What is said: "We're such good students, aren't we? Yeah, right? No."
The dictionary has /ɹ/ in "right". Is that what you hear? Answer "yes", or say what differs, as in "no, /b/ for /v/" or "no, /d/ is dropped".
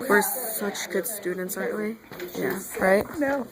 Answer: yes